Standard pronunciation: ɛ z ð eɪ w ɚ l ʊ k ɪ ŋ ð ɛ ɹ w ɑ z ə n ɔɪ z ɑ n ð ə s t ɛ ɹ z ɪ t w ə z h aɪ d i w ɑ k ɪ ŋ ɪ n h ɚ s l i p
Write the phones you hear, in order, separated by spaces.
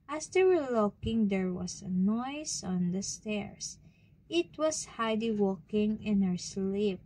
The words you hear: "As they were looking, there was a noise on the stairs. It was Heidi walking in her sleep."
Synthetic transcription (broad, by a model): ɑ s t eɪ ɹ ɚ l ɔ k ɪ ŋ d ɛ ɹ w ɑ s ə n ɔɪ s ɑ n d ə s t ɛ ɹ s ɪ t w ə s h aɪ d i w ɑ k ɪ ŋ ɪ n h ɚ s l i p